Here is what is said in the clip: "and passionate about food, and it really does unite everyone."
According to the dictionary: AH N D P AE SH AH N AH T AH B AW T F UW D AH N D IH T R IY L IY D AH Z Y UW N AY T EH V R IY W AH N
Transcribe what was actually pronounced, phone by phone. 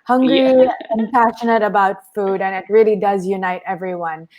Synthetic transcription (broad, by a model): AH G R P AE SH AH N AH T AH B AW T F UW D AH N IH T R IY L IY D AH Z Y UW N AY T EH V R IY W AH N